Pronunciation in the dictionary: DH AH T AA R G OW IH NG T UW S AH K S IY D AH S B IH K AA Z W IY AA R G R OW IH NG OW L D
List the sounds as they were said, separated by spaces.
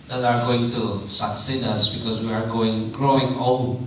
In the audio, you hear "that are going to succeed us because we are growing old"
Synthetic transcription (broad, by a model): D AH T AA R G OW IH NG T UW S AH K S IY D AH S B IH K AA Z W IY AA R G OW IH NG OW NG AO